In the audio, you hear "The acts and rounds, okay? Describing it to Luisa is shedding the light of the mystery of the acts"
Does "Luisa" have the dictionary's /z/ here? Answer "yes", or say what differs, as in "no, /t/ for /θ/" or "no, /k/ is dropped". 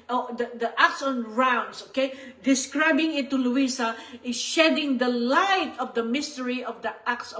no, /s/ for /z/